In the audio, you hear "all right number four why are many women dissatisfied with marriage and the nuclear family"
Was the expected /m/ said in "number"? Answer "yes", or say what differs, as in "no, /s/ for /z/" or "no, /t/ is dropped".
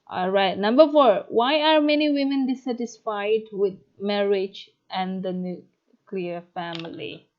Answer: yes